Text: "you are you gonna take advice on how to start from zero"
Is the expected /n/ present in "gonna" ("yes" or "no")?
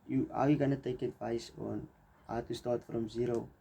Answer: yes